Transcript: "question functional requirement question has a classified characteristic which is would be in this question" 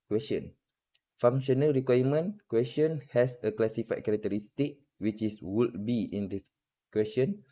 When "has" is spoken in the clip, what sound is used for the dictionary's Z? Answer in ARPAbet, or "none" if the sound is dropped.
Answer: S